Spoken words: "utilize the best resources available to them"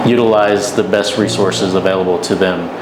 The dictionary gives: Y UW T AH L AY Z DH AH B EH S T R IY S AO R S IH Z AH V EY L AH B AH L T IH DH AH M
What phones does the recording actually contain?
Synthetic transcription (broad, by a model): Y UW T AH L AY Z DH AH B EH S T R IY S AO R S IH Z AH V EY L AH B L T IH DH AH M